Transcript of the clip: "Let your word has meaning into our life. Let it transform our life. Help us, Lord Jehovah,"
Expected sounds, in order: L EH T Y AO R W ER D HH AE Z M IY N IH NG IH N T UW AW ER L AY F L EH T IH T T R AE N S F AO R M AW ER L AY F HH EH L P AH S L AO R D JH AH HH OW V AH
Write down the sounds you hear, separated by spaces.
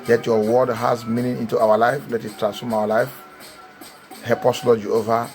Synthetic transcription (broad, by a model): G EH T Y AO W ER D HH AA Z M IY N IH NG IH N T UW AW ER L AY F L EH T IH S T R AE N S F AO M AW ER L AY F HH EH P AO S L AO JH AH OW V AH